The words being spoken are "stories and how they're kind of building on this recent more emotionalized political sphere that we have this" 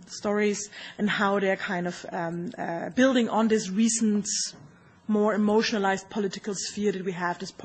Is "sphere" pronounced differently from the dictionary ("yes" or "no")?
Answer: no